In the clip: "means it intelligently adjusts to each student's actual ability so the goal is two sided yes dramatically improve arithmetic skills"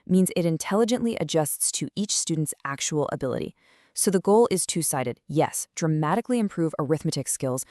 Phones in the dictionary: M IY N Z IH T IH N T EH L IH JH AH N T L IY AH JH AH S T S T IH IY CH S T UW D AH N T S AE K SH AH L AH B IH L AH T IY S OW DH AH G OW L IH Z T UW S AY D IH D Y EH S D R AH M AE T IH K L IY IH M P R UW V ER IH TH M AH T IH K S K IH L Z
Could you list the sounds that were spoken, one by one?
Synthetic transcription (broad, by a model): M IY N Z IH T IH N T EH L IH JH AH N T L IY AH JH AH S T S T IH IY CH S T UW D N T S AE K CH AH L AH B IH L AH T IY S OW DH AH G OW L IH Z T UW S AY D IH D Y EH S D R AH M AE T IH K L IY IH M P R UW V ER IH TH M AH T IH K S K IH L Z